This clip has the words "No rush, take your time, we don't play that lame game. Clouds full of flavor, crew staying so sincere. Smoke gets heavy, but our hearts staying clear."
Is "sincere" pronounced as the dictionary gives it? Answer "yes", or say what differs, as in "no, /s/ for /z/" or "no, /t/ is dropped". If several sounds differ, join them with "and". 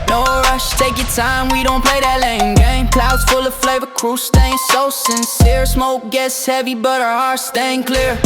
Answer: yes